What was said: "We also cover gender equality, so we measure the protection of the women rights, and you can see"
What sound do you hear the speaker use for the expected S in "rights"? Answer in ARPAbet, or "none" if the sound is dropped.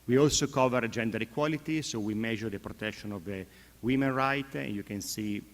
none